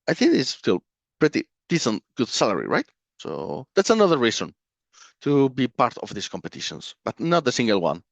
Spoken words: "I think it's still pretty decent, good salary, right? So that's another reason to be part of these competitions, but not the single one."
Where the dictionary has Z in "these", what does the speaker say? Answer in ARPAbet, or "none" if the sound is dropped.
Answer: S